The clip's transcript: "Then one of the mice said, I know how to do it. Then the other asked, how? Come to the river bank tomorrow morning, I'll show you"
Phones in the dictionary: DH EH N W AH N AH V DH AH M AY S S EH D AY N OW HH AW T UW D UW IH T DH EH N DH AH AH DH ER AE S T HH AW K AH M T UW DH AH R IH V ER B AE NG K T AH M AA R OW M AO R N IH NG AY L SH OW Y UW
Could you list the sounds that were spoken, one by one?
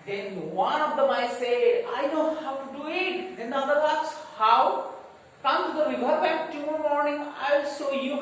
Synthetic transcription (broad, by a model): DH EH N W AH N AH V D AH M AY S S EH D AY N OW HH AW T UW D UW IH T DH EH N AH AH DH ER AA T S HH AW K AH M T UW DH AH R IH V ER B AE K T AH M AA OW M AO R N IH NG AY L S OW Y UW